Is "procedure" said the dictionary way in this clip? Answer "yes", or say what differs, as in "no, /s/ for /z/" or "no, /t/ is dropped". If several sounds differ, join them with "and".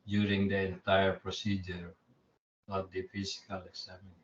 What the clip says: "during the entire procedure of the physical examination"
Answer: yes